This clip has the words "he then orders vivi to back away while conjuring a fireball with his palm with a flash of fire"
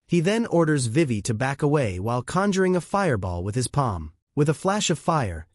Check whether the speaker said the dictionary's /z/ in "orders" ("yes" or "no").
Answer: yes